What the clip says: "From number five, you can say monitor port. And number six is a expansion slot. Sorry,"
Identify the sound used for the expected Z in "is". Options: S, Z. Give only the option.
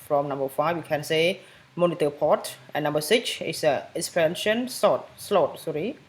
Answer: S